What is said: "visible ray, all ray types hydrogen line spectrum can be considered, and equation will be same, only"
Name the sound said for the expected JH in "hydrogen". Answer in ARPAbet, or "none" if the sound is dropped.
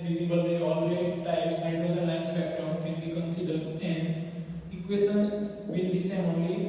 Z